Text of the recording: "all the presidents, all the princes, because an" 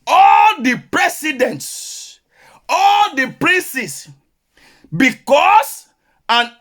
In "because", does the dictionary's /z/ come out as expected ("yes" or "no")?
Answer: no